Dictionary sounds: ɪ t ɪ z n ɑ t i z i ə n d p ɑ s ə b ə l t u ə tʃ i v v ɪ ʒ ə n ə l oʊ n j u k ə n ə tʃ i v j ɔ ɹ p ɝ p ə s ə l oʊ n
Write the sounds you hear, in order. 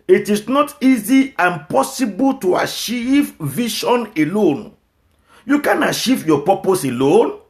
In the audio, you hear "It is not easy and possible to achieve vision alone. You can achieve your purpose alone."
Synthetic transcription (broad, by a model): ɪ t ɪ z n ɑ t i z i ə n p ɑ s ə b ə l t u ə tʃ i v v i ʃ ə n ə l oʊ n j u k ə n ə tʃ i v j ɔ p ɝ p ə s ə l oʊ n